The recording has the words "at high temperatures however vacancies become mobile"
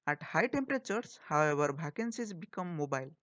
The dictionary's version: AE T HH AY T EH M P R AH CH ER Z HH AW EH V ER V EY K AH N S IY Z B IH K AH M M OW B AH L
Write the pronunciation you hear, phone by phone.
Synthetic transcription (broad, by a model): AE T HH AY T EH M P R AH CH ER S HH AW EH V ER B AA K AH N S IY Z B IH K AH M M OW B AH L